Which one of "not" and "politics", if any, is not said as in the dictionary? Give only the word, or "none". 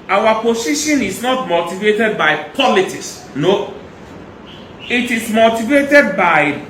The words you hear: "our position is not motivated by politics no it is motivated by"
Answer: politics